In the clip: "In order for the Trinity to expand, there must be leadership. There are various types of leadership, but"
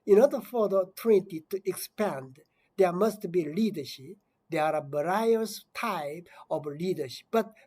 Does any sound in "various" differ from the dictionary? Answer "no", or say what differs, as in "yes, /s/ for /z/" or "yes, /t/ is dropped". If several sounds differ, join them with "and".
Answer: yes, /b/ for /v/